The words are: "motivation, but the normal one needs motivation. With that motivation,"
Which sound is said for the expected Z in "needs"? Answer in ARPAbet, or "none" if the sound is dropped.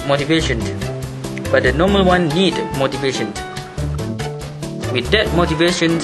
none